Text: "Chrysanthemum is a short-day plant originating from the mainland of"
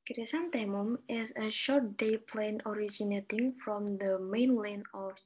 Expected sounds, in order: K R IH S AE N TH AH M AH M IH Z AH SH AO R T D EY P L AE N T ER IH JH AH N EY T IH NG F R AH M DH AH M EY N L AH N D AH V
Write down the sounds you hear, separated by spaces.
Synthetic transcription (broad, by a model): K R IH S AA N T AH M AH M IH S AH SH AO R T D EY P L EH N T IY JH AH N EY T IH NG F R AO M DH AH M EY N L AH N AH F